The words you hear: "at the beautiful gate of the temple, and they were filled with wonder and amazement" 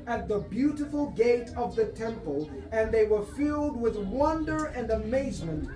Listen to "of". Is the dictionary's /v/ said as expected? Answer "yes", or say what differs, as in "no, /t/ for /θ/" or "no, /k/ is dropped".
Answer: yes